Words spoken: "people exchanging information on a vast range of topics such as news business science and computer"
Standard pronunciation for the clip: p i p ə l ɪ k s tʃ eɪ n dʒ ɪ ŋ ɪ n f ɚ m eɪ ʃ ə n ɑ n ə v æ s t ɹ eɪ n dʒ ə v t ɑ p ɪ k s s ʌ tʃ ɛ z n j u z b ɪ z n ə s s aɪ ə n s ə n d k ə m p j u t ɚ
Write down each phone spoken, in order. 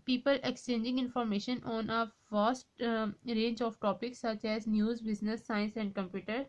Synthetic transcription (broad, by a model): p i p ə l ɪ k s tʃ eɪ n dʒ ɪ ŋ ɪ n f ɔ m eɪ ʃ ə n ɑ n ə f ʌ s t ɹ eɪ n dʒ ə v t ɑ p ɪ k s s ʌ tʃ ɛ z n j u z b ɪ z n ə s s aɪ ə n s ə n d k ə m p j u t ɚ